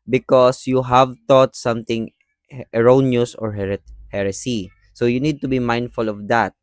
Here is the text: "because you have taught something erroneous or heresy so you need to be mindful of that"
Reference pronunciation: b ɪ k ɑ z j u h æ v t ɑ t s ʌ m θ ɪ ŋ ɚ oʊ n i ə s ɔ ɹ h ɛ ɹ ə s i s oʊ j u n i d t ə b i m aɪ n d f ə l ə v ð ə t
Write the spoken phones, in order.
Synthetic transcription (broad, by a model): b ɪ k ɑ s j u h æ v t ɑ t s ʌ m t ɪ ŋ ɚ oʊ n i ə s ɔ ɹ h ɛ ɹ ə s i s oʊ j u n i d t ə b i m aɪ n d f ə l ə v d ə t